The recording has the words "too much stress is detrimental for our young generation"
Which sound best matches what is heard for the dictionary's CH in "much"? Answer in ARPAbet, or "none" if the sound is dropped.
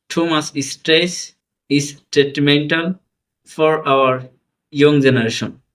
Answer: S